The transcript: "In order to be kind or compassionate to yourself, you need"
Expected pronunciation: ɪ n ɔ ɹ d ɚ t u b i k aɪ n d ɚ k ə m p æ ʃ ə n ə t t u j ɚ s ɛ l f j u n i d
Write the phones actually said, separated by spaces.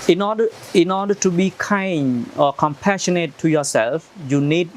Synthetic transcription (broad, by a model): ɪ n ɔ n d ɚ t u b i k aɪ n ɚ k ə m p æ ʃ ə n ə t t u j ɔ s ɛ l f j u n i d